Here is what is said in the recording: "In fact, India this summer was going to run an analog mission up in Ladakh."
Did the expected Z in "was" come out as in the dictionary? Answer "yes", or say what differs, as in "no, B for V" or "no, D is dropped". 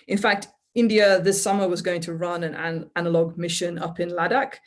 yes